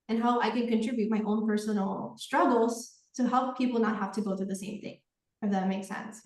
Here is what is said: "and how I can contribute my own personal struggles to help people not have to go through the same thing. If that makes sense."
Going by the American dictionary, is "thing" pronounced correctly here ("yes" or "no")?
yes